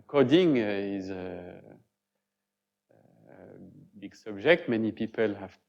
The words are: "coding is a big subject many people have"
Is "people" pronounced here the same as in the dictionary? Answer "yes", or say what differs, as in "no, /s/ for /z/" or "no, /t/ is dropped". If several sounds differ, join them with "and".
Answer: yes